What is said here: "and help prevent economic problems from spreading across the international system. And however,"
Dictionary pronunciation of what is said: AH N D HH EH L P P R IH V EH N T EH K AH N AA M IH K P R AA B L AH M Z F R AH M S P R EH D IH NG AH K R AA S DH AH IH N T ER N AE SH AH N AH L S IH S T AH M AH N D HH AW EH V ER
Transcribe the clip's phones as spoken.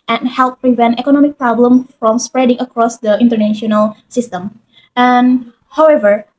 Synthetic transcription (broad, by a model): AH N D HH EH L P P R IH V EH N T EH K AH N AA M IH K P R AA B L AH M F R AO M S P R EH D IH NG AH K R AA S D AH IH N T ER N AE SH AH N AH L S IH S T AH M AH N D HH AW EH V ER